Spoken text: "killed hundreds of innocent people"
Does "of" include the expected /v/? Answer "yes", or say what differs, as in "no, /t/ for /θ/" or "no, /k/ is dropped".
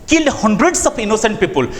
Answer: no, /p/ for /v/